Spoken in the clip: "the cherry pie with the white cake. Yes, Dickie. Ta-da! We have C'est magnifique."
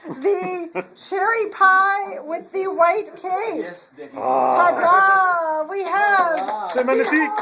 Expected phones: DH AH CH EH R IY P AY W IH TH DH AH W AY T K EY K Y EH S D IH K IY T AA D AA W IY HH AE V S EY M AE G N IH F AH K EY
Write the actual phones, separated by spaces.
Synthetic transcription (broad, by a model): DH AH CH EH R IY P AY W IH DH AH W AY T K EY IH D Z T AA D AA W IY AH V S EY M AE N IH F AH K